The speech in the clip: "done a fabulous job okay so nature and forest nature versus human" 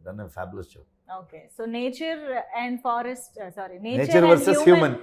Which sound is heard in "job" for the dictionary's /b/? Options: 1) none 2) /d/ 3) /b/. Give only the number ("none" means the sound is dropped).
1